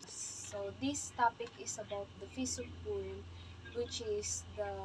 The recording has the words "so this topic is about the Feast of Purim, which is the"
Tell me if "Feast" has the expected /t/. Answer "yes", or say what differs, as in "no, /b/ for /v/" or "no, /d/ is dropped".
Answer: no, /t/ is dropped